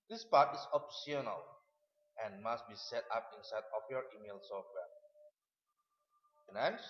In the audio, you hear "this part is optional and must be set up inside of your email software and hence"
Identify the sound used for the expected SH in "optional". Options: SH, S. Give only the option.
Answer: S